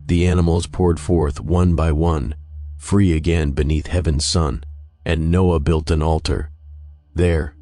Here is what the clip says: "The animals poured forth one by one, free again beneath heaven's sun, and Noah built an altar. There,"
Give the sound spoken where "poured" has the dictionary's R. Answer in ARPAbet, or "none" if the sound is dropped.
R